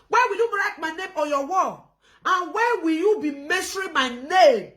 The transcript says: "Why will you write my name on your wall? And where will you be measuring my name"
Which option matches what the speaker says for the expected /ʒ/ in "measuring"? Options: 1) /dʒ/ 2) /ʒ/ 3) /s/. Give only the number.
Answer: 3